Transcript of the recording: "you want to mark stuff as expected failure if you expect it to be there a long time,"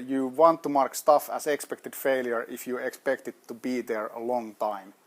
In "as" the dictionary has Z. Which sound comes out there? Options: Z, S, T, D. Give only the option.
S